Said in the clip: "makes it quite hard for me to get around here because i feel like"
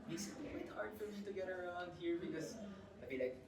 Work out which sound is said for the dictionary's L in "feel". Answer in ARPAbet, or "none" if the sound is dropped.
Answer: N